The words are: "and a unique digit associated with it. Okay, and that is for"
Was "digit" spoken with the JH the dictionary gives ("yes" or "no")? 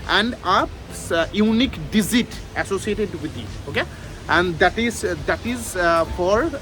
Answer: no